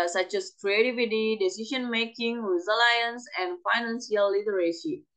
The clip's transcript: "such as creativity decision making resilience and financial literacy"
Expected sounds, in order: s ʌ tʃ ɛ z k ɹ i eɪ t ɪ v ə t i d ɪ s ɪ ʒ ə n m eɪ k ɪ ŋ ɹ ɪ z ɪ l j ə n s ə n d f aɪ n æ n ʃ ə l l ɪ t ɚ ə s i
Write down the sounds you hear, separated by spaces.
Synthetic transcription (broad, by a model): s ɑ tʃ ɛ s k ɹ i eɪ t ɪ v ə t i d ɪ s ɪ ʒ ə n m eɪ k ɪ ŋ w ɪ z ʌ l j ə n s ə n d f aɪ n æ n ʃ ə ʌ l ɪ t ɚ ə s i